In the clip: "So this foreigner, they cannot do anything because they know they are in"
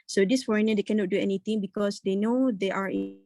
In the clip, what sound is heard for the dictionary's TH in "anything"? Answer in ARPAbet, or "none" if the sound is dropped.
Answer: T